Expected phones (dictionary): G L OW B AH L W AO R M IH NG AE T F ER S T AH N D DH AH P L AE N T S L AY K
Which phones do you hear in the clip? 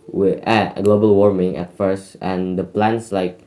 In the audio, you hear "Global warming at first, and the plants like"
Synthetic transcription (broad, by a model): G L OW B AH L W AO R M IH NG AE T F ER S T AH N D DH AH P L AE N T S L AY K